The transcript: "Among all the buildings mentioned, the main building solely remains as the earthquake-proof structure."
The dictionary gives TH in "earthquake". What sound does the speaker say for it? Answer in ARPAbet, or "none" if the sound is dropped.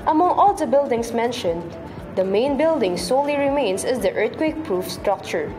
T